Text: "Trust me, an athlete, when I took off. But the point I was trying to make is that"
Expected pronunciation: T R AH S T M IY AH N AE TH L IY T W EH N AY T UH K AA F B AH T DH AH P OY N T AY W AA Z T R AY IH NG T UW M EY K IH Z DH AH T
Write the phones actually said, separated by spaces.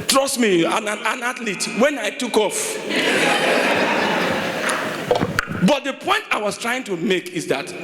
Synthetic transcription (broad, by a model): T R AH S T M IY AH N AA T L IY T W EH N AY T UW K AA F B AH T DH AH P OY N T AY W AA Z T R AY IH NG T UW M EY K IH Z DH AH T